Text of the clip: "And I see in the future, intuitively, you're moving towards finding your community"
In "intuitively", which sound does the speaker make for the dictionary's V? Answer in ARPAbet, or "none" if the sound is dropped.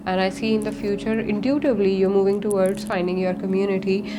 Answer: B